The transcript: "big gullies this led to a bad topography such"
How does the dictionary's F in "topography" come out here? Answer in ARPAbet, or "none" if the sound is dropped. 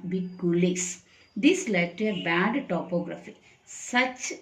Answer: F